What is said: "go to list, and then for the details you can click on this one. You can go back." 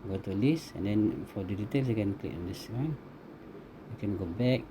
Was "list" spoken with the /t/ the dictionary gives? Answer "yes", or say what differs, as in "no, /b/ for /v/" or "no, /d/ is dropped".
no, /t/ is dropped